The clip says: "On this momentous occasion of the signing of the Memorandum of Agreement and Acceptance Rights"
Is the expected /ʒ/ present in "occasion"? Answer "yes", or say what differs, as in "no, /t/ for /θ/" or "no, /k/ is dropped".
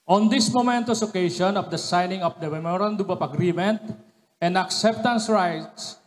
no, /ʃ/ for /ʒ/